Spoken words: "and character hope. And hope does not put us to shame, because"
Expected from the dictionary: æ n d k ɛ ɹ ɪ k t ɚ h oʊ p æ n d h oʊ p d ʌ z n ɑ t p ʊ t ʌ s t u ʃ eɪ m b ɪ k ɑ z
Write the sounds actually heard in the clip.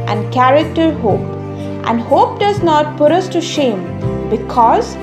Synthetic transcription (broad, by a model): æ n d k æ ɹ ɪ k t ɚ h oʊ p æ n d h oʊ p d ʌ z n ɑ t p ʊ t ʌ s t u ʃ eɪ m b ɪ k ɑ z